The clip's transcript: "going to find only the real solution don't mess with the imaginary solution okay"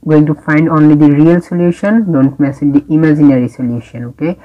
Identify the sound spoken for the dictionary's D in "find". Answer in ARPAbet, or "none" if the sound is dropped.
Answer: D